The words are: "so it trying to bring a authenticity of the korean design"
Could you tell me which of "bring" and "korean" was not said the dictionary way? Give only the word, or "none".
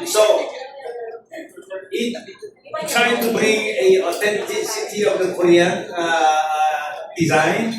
none